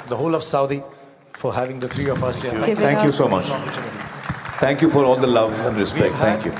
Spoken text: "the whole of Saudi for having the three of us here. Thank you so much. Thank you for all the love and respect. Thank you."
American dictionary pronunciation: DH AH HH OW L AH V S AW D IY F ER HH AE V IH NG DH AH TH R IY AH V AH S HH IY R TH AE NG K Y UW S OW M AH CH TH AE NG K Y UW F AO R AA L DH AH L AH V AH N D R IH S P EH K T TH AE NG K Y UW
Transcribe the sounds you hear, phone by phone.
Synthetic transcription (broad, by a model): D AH HH OW L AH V S AW D IY F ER HH AE V IH NG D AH T R IY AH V AH S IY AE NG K Y UW S OW M AH CH T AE NG K Y UW F AO R AA L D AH L AH V AH N D R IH S EH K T T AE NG K Y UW